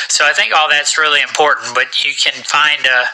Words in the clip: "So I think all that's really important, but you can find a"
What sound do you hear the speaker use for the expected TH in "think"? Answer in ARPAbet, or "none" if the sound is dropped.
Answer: TH